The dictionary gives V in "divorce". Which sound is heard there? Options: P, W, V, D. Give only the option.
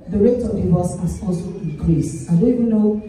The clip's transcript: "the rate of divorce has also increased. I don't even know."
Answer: W